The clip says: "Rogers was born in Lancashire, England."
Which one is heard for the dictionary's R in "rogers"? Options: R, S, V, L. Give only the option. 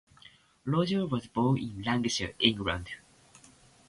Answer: L